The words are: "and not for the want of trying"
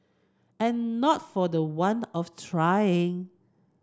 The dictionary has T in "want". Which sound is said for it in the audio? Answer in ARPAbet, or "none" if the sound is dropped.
none